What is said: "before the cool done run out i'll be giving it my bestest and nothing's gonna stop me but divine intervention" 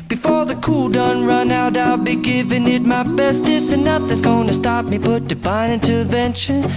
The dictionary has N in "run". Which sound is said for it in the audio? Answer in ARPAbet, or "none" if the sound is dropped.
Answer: N